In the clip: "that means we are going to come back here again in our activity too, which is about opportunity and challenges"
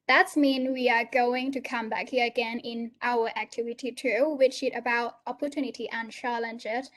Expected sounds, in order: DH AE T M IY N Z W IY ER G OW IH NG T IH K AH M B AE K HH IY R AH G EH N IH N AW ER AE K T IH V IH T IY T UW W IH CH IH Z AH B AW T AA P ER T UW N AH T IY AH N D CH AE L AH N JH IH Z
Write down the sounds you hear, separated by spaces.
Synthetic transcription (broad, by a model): DH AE T M IY N W IY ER G OW IH NG T IH K AH M B AE K HH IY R AH G EH N IH N AW ER AE K T IH V IH T IY T UW W IH CH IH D AH B AW T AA P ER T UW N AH T IY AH N CH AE L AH N JH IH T